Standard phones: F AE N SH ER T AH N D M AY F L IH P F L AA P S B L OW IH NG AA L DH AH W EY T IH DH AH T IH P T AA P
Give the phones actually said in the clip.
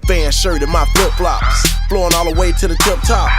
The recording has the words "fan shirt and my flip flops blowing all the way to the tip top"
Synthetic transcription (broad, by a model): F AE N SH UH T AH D M AY F UH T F L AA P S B L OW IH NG AA L DH AH W EY T IH DH AH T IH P T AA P